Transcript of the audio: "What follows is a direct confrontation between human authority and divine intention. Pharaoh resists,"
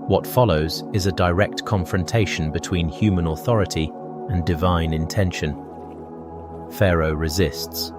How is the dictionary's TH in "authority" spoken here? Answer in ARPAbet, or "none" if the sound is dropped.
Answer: TH